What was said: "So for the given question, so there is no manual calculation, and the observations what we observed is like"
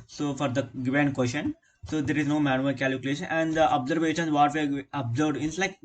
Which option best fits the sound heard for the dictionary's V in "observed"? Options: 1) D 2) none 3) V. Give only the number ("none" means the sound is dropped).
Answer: 2